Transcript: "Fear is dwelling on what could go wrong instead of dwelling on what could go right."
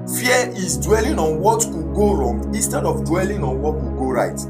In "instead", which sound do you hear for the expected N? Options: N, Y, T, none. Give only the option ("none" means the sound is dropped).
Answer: N